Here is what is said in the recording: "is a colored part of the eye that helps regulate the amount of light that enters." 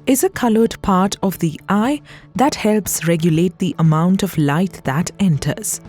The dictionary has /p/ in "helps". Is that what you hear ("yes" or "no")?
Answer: yes